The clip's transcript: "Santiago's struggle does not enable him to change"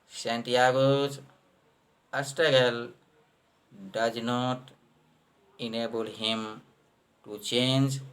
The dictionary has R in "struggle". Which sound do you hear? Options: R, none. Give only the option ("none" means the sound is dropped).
none